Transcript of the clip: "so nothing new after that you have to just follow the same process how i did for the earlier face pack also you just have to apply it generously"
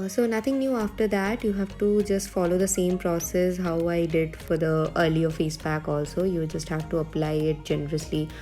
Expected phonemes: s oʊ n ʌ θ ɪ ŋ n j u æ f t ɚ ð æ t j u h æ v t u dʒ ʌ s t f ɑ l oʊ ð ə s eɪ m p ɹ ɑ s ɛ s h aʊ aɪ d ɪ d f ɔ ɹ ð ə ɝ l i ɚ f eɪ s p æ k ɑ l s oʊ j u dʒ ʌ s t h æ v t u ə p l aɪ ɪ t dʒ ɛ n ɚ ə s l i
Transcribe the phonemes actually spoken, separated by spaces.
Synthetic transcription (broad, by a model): s oʊ n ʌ t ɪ ŋ n j u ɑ f t ɚ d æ t j u h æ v t u dʒ ʌ s t f ɑ l oʊ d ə s eɪ m p ɹ ɑ s ɛ s h aʊ aɪ d ɪ d f ɔ ɹ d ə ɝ l i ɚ f eɪ s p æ k ɑ l s oʊ j u dʒ ʌ s t h æ v t u ə p l aɪ ɪ t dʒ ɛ n ɚ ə s l i